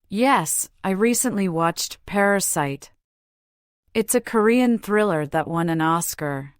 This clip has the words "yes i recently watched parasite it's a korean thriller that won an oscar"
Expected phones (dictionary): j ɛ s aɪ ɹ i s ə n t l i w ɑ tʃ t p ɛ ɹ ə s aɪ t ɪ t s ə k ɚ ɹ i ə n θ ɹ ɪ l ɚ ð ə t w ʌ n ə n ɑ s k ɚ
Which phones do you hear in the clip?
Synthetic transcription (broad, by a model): j ɛ s aɪ ɹ i s ə n t l i w ɑ tʃ t p ɛ ɹ ə s aɪ t ɪ t s ə k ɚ ɹ i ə n θ ɹ ɪ l ɚ ð ə t w ʌ n ə n ɑ s k ɚ